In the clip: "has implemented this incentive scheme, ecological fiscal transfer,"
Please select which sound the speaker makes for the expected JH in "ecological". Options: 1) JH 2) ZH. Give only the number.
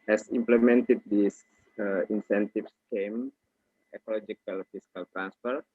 1